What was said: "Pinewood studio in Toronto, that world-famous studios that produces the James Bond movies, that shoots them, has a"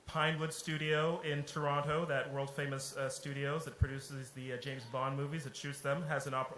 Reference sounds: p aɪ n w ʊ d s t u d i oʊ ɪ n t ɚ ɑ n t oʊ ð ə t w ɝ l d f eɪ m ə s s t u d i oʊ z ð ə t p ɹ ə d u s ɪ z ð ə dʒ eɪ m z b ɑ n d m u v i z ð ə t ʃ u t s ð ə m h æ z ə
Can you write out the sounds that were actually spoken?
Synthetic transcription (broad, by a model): p aɪ n w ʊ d s t u d i oʊ ɪ n t ɚ ɑ n t oʊ ð ə t w ɝ l d f eɪ m ə s s t u d i oʊ z ð ə t p ɹ ə d u s ɪ z ð ə dʒ eɪ m z b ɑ n m u v i z ð ə t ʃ u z ð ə m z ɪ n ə